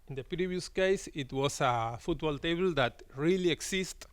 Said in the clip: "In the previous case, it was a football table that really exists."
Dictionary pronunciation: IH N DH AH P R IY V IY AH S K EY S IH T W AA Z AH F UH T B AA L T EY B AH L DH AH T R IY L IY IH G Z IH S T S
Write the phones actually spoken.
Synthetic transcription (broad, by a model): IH N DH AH P R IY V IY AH S K EY S IH T W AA S AH F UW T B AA L T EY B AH L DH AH T R IY L IY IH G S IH S T